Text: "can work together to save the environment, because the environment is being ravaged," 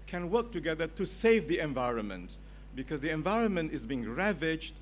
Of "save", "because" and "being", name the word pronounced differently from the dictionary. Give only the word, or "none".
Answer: none